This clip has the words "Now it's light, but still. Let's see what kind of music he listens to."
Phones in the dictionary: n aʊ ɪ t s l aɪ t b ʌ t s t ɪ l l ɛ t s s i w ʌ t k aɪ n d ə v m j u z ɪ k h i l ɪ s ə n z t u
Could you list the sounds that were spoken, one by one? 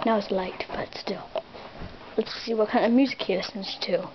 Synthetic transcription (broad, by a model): n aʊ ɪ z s l aɪ t b ʌ t s t ɪ l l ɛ t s s i w ʌ t k aɪ n ə v m j u z ɪ k h i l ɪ s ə n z t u